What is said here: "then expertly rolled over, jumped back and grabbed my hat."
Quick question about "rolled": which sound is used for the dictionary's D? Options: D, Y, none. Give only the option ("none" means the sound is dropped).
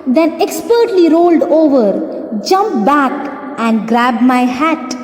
D